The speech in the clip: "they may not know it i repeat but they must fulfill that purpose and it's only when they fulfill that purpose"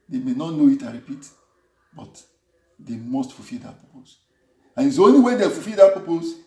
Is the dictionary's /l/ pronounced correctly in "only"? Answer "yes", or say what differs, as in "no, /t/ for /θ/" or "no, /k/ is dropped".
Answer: no, /l/ is dropped